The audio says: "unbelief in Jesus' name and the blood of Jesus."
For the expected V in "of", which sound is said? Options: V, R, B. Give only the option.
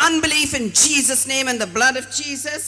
V